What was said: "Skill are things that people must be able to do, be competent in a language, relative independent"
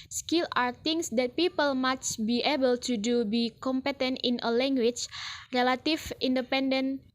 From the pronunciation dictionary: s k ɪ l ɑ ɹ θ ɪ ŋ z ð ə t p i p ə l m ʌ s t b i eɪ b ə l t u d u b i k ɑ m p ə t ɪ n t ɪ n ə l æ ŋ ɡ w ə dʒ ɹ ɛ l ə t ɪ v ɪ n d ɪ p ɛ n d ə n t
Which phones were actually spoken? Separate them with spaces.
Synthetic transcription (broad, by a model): s k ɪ l ɑ ɹ t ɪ ŋ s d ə t p i p ə l m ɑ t b i eɪ b ə l t u d u b i k ɑ m p ə t ɪ n t ɪ n ə l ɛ ŋ ɡ w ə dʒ ɹ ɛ l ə t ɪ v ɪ n d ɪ p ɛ n d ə n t